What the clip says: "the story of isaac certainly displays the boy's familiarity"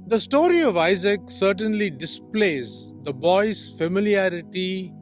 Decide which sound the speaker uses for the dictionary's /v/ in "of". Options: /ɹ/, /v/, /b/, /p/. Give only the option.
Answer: /v/